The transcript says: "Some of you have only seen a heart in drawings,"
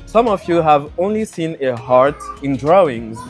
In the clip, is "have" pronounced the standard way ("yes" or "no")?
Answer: yes